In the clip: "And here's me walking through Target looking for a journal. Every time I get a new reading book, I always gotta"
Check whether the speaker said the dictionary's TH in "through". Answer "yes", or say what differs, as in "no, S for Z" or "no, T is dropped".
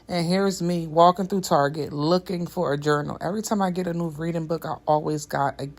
yes